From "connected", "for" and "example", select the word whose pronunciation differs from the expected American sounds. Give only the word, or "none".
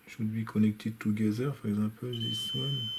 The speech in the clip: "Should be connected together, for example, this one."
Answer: example